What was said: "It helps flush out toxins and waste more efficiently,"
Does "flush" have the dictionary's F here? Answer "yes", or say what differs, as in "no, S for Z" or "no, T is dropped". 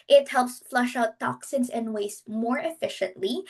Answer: yes